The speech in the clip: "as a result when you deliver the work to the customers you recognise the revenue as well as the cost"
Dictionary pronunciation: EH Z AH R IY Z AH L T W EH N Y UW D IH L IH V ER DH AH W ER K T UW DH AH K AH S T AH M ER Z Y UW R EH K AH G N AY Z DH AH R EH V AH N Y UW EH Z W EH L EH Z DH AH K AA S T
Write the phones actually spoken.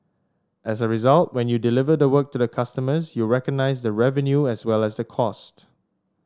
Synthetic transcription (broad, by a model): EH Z AH R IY Z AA L T W EH N Y UW D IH L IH V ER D AH W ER K T UW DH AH K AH S T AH M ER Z Y UW R EH K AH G N AY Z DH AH R EH V AH N Y UW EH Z W EH L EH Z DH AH K AA S T